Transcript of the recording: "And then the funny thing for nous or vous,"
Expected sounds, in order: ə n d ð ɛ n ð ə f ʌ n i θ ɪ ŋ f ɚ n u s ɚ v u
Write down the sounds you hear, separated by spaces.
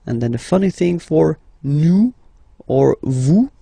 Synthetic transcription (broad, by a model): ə n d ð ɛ n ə f ʌ n i θ ɪ ŋ f ɚ n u ɚ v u